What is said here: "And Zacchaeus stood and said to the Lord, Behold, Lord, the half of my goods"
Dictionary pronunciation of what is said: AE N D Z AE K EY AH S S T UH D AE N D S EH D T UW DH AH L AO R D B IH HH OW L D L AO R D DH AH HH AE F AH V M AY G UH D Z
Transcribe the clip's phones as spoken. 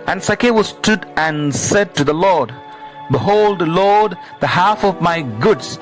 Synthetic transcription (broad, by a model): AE N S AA K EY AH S S T UH D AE N S EH D T UW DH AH L AO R D B IH HH OW L D L AO R D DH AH HH AE F AH V M AY G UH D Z